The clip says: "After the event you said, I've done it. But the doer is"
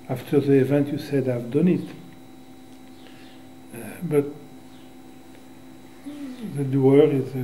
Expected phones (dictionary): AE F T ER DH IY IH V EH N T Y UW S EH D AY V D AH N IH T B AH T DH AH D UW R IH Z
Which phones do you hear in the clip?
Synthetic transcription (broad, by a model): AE F T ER DH IY IH V EH N T Y UW S EH D AY V D AH N IH T B AH T DH AH D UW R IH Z